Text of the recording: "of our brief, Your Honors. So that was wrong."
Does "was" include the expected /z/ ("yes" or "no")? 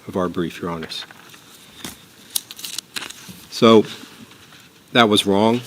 yes